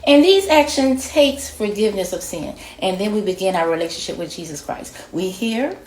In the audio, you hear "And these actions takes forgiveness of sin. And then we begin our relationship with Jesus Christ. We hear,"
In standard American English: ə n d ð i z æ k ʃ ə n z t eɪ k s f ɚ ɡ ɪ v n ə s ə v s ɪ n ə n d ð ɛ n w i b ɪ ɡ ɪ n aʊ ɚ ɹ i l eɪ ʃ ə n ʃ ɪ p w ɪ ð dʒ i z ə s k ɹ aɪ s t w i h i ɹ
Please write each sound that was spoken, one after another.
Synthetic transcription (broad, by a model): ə n ð i z æ k ʃ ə n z t eɪ k s f ɚ ɡ ɪ v n ə s ə v s ɪ n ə n ð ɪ n w i b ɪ ɡ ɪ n aʊ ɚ ɹ i l eɪ ʃ ə n ʃ ɪ p w ɪ ð dʒ i z ə s k ɹ aɪ s t w i h i ɹ